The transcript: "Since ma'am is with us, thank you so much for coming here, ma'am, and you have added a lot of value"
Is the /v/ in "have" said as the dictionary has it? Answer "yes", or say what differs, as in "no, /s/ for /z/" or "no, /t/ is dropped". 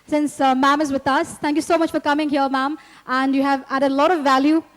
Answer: yes